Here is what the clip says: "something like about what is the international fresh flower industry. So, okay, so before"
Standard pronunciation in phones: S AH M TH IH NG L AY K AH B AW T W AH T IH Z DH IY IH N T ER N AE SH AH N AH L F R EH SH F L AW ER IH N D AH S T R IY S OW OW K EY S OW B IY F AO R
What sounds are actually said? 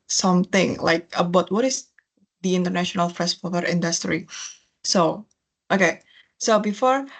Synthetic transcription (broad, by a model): S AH M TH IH NG L AY K AH B AW T W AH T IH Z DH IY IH N T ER N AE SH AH N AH L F R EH S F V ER IH N D AH S T R IY S OW OW K EY S OW B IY F AO R